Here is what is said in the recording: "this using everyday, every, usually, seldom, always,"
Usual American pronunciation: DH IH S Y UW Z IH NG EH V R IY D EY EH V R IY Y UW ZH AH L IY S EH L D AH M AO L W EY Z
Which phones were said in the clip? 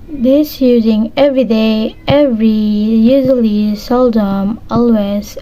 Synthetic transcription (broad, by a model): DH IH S Y UW Z IH NG EH V R IY D EY EH V R IY Y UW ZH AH L IY S EH L D AH M AO L W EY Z